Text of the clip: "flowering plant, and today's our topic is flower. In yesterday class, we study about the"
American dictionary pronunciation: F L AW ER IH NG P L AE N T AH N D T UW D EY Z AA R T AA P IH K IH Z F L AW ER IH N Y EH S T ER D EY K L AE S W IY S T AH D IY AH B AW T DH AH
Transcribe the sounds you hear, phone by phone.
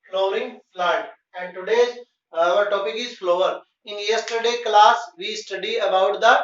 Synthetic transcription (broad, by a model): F L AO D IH NG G L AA T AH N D T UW D EY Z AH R T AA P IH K IH Z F L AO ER IH N Y EH S T ER D EY K L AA S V IY S T AH D IY AH B AW T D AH